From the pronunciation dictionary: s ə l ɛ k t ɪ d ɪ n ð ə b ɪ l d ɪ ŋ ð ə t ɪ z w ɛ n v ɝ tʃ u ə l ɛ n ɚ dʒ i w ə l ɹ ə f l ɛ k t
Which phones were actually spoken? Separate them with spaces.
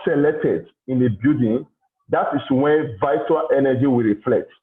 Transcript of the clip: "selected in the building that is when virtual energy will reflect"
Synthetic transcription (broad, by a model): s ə l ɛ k t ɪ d ɪ n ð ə b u d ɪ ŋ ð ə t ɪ s w ɛ n v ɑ u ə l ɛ n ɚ dʒ i w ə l ɹ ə f l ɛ k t